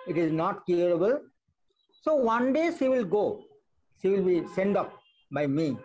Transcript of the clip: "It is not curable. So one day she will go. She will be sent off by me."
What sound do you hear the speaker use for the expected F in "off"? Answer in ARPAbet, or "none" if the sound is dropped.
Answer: P